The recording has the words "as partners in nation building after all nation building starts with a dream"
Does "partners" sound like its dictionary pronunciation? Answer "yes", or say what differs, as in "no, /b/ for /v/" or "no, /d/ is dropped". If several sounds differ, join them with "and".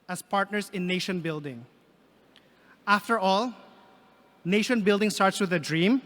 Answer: no, /s/ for /z/